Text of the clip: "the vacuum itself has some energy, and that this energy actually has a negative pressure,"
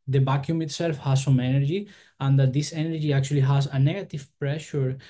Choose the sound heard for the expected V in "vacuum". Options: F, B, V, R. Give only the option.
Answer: B